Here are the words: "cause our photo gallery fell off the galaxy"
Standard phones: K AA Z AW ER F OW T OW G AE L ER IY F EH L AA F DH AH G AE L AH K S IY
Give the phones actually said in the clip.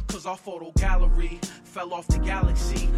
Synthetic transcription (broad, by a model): K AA Z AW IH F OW T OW G AE L ER IY F EH L AA F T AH G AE L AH K S IY